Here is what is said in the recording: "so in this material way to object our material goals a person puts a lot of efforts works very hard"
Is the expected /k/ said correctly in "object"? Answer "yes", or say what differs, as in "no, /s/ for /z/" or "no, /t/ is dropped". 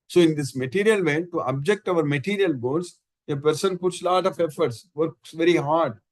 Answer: yes